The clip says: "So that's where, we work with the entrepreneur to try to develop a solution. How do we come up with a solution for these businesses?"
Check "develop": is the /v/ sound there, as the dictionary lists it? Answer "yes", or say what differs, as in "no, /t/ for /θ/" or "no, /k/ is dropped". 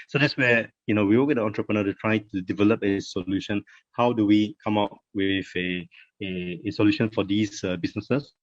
yes